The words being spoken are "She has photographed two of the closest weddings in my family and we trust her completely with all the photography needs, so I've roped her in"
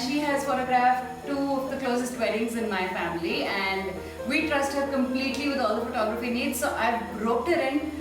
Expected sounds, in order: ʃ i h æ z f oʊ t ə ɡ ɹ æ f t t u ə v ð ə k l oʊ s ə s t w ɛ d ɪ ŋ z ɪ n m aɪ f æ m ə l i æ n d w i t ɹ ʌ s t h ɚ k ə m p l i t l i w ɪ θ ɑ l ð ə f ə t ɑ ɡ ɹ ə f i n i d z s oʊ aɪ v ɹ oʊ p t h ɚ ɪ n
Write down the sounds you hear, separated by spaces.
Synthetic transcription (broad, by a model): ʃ i h æ z f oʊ t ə ɡ ɹ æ f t t u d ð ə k l oʊ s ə s t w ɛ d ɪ ŋ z ɪ n m aɪ f æ m ə l i æ n d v i t ɹ ʌ s t h ɚ k ə m p l i t l i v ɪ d ɑ l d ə f ə t ɑ ɡ ɹ ə f i n i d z s oʊ aɪ b ɹ oʊ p t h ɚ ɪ n